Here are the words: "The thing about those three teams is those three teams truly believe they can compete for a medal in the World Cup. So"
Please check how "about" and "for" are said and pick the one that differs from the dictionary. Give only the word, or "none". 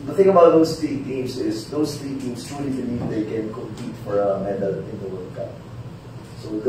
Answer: none